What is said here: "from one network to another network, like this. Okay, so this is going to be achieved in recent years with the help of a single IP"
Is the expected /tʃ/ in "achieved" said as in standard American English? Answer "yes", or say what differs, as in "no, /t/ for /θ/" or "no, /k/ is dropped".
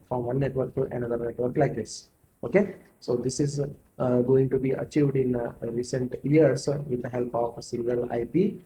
yes